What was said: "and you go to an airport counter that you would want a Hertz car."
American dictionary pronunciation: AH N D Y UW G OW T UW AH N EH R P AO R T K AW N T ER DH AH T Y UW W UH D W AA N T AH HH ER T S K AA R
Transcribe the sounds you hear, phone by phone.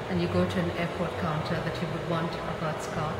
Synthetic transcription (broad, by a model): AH N Y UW G OW T UW AH N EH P AO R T K AW N T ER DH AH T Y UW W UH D W AA N T AH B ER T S K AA